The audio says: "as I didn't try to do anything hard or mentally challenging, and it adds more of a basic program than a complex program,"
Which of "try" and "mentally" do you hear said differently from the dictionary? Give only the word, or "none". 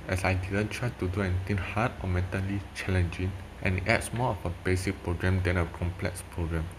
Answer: none